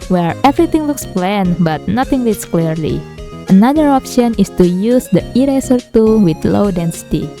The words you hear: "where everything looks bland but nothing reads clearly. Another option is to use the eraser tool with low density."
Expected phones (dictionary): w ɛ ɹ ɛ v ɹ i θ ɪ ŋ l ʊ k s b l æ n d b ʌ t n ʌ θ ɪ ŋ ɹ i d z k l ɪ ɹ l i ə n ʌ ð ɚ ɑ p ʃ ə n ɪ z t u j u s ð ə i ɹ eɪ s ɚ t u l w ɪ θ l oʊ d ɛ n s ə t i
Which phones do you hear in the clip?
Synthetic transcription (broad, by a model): w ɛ ɹ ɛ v ɹ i t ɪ ŋ l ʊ k s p l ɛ n b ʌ t n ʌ t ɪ ŋ l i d s k l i ɹ l i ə n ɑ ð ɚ ɑ p ʃ ə n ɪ s t u j u s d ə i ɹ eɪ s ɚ t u w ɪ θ l oʊ d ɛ n s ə t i